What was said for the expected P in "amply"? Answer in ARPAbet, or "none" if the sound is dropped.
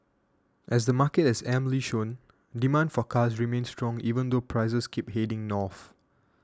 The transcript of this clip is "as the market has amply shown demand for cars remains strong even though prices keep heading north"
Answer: none